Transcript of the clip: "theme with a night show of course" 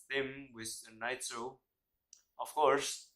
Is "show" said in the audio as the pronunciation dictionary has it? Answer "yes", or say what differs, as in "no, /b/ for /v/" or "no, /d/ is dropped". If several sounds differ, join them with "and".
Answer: no, /s/ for /ʃ/